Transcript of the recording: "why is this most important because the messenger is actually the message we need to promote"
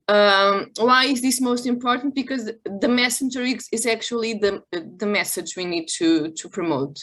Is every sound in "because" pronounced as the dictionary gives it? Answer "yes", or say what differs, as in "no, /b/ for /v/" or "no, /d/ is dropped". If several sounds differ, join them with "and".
yes